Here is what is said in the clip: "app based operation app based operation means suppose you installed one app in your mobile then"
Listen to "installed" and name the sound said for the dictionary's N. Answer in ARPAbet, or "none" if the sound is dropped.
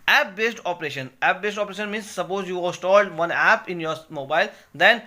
none